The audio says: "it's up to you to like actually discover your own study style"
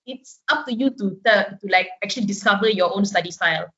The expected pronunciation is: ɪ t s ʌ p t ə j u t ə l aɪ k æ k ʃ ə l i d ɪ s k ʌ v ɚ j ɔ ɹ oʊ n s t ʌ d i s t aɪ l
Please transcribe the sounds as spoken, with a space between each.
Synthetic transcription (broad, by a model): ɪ t s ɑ f t ə j u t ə l aɪ k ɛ k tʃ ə l i d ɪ s k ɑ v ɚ j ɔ oʊ n s t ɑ d i s t aɪ l